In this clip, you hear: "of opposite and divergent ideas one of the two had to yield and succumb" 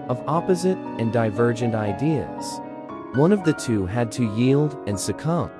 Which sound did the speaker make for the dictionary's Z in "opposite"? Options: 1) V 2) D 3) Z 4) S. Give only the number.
3